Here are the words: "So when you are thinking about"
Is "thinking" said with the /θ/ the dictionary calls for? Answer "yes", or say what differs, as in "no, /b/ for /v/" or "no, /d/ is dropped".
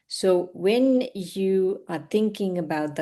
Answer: yes